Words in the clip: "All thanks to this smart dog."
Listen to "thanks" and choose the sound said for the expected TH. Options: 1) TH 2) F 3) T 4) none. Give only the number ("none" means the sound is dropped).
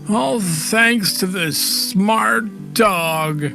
1